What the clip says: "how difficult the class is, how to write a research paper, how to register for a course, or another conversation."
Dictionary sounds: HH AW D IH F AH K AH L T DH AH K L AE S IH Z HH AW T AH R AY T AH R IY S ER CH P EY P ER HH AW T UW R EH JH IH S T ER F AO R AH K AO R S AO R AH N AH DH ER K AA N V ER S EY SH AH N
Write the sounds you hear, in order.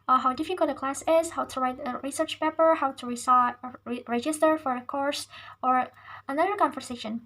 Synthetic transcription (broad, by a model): HH AW D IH F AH K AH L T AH K L AE S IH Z HH AW T AH R AY T AH R IY S ER CH P EY P ER HH AW T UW R EH JH IH S T ER F AO R AH K AO R S AO R AH N AH DH ER K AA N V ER S EY SH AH N